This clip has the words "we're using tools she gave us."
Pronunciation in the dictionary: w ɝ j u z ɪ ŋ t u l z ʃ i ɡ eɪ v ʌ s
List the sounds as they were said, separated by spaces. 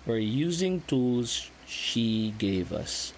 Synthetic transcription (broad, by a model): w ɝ j u z ɪ ŋ t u l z ʃ i ɡ eɪ v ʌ s